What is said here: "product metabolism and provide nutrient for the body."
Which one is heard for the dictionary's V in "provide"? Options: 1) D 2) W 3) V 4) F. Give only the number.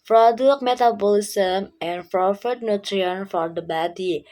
4